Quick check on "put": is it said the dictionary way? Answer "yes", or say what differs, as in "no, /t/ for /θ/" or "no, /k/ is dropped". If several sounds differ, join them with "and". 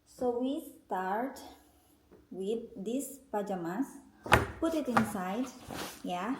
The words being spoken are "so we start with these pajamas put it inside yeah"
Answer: yes